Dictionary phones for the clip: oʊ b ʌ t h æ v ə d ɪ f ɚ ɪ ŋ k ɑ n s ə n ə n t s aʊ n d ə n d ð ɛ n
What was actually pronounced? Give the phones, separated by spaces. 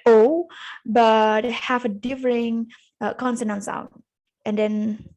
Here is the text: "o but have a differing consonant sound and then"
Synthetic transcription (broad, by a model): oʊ b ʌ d h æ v ə d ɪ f ɚ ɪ ŋ k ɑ n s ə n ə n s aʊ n ə n d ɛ n